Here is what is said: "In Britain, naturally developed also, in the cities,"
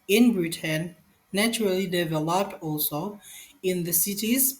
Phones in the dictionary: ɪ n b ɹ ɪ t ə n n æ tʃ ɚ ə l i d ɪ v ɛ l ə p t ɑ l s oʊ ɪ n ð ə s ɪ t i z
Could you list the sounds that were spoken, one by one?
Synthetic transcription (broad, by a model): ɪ n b ɹ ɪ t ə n n æ tʃ ɚ ə l i d ɪ v ɛ l ə p t ɑ l s oʊ ɪ n ð ə s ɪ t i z